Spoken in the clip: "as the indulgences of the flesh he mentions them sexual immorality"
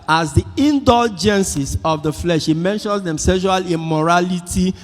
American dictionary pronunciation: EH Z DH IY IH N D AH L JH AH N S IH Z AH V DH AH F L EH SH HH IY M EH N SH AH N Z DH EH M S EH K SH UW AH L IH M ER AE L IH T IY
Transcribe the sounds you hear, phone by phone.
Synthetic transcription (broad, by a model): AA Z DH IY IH N D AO L JH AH N S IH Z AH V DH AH F L EH SH HH IY M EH N SH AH N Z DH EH M S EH SH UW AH L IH M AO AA L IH T IY